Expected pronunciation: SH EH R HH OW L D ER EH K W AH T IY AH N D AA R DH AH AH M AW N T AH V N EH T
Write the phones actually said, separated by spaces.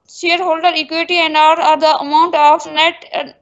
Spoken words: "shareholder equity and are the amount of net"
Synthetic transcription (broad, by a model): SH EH R HH OW L D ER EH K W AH T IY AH N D AA R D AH AH M AW N T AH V N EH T